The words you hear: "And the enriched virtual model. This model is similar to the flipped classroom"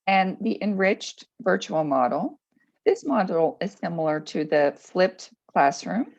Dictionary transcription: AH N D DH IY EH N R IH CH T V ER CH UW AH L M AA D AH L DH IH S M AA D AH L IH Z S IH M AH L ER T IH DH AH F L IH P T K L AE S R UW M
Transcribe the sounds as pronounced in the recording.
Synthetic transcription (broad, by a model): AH N DH IY EH N R IH CH T V ER CH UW L M AA D L DH IH S M AA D L IH Z S IH M L ER T IH DH AH F L IH P T K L AE S R UW M